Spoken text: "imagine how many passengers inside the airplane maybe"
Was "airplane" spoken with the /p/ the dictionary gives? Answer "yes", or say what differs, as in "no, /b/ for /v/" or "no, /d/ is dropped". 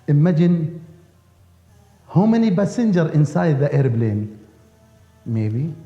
no, /b/ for /p/